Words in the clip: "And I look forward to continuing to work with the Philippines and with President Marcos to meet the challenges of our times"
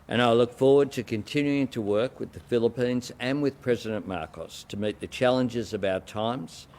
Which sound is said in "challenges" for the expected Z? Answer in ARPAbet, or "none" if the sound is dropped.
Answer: Z